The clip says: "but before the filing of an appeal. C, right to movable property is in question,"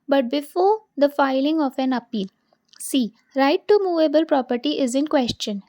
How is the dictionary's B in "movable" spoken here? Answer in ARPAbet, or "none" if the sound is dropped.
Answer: B